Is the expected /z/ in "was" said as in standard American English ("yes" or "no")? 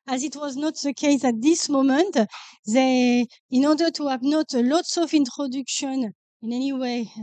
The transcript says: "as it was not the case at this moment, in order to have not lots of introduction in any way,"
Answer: yes